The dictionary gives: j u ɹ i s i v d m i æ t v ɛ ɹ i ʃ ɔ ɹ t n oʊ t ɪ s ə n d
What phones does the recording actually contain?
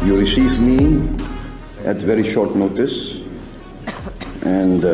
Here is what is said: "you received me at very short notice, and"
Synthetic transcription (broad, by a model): j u ɹ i s i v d m i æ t v ɛ ɹ i ʃ ɔ ɹ t n oʊ t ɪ s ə n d